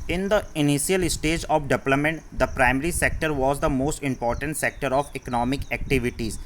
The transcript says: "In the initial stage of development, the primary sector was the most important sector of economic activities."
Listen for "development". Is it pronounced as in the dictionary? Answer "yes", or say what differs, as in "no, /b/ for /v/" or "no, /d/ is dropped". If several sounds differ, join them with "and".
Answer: no, /p/ is dropped